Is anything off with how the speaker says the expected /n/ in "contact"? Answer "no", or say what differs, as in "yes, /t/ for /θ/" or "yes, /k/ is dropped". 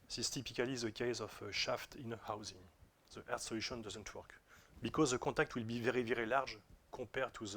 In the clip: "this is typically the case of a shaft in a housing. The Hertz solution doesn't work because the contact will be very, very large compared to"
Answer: yes, /n/ is dropped